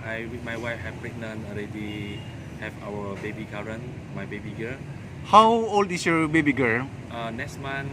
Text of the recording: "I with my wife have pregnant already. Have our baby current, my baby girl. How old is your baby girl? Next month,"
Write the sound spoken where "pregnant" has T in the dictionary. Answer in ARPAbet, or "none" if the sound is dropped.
none